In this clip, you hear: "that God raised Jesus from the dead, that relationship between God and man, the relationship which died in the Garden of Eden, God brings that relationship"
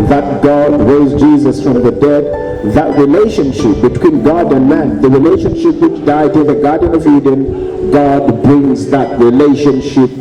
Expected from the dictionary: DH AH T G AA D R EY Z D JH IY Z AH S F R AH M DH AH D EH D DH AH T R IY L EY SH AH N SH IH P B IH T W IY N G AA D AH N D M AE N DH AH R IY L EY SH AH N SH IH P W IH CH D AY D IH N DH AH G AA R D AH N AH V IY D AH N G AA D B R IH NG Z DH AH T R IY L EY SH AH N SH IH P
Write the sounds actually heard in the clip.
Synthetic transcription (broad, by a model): DH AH T G AA D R EY Z JH IY Z AH S F R AH M DH AH D EH D DH AH T R IY L EY SH AH N SH IH P B IH T W IY N G AA D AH N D M AE N DH AH R IY L EY SH AH N SH IH P W IH CH D AY D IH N DH AH G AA R D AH N AH V IY D AH N G AA D B R IH NG Z DH AH T R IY L EY SH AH N SH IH P